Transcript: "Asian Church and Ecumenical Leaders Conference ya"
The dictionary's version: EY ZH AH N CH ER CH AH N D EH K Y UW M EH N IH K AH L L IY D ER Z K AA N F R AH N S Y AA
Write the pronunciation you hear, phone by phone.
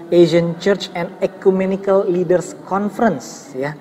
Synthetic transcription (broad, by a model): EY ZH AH N CH ER CH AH N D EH K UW M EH N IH K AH L L IY D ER S K AA N F R AH N S Y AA